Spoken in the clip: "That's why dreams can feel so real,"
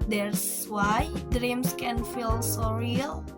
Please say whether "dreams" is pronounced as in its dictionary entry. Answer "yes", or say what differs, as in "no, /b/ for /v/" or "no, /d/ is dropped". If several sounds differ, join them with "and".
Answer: no, /s/ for /z/